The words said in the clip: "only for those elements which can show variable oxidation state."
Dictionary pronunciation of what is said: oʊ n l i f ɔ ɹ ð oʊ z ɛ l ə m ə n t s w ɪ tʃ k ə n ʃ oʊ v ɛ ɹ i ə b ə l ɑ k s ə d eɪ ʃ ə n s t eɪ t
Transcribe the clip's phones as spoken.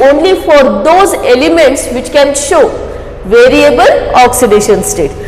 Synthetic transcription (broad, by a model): oʊ n l i f ɔ ɹ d oʊ z ɛ l ə m ə n t s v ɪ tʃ k ə n ʃ oʊ v ɛ ɹ i ə b ə l ɑ k s ə d eɪ ʃ ə n s t eɪ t